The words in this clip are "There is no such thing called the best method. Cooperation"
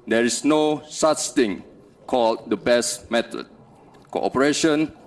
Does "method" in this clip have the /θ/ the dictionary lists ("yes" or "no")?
no